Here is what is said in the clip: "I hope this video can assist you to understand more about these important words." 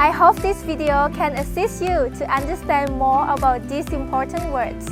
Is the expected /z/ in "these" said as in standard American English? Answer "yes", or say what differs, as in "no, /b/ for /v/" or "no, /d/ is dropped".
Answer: no, /s/ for /z/